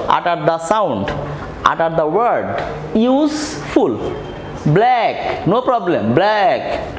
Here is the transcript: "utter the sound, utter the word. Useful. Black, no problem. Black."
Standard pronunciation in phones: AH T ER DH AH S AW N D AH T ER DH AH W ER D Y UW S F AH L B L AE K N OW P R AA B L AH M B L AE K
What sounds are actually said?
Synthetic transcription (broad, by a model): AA T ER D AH S AW N D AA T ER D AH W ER D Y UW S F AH L B L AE K N OW P R AA B L AH M B L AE K